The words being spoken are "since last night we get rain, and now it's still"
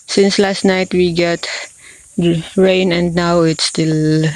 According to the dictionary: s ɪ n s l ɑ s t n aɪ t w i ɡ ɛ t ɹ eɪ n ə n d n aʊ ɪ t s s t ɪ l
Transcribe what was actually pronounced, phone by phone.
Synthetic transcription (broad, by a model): s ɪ n s l ɑ s t n aɪ t w i ɡ ɛ t ɹ eɪ n ə n d n aʊ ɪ t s s t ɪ l